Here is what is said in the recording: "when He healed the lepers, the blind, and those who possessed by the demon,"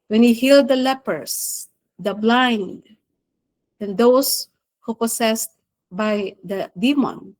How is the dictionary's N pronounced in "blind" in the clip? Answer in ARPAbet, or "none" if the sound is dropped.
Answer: N